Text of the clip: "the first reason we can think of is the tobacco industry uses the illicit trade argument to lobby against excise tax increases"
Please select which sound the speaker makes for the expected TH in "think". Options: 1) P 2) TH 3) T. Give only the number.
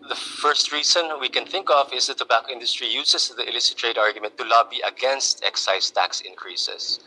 2